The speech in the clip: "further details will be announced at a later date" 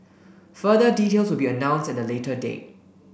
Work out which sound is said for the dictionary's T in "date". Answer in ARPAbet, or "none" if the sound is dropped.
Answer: none